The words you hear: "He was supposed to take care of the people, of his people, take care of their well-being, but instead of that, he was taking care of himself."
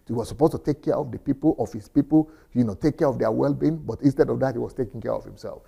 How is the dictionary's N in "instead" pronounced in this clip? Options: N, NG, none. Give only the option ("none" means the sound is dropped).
N